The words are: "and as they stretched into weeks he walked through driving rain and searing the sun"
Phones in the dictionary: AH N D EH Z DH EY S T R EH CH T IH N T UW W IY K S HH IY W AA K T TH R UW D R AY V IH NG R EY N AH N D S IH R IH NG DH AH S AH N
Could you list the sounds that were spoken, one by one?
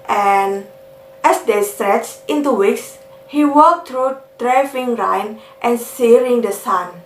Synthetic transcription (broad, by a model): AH N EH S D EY S T R EH CH T IH N T UW W IY K S HH IY W AA K T R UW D R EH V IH NG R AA N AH N S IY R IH NG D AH S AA N